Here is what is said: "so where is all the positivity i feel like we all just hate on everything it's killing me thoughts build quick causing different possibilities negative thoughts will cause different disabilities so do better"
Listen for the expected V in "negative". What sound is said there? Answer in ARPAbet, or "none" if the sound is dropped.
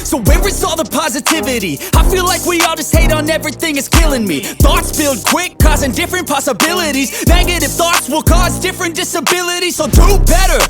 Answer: F